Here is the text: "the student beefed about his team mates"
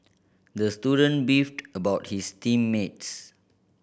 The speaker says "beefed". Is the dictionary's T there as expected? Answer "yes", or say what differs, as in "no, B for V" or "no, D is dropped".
yes